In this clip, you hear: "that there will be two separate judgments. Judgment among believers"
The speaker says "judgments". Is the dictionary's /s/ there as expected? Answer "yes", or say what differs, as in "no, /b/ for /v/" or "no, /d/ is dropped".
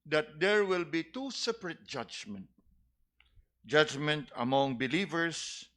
no, /s/ is dropped